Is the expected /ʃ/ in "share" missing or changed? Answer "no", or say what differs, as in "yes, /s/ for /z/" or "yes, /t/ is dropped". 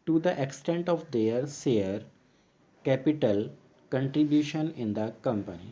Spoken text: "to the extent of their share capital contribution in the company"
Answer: yes, /s/ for /ʃ/